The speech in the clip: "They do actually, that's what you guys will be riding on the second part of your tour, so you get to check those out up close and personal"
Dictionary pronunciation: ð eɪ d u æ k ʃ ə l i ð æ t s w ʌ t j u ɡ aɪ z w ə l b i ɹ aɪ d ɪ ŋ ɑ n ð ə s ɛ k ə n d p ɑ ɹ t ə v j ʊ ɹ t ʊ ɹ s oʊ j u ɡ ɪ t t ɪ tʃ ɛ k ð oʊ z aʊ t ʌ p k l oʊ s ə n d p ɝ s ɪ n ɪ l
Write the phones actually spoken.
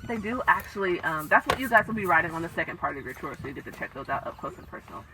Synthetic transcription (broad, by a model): ð eɪ d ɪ æ k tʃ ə l i ð æ t s w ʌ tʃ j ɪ ɡ aɪ z w ə l b i ɹ aɪ d ɪ ŋ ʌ n ð ə s ɛ k ə n d p ɑ ɹ t ə v j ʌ ɹ t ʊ ɹ s oʊ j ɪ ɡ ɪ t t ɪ tʃ ɛ k ð oʊ z aʊ t ʌ p k l oʊ s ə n p ɝ s n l